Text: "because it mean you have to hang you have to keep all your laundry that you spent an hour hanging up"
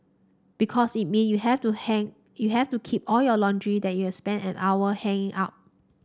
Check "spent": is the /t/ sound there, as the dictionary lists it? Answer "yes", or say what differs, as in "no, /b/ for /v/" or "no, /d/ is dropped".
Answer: no, /t/ is dropped